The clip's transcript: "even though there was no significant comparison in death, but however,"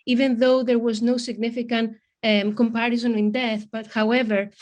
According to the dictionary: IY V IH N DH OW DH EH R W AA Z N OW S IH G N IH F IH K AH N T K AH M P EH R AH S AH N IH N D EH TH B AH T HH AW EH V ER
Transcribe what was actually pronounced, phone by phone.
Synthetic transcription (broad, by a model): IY V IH N DH OW DH EH R W AA Z N OW S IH G N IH F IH K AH N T K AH M P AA R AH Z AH N IH N D EH TH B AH T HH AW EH V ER